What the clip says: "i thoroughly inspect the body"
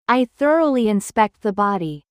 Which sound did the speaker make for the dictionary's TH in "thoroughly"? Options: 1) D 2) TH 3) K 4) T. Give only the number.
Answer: 2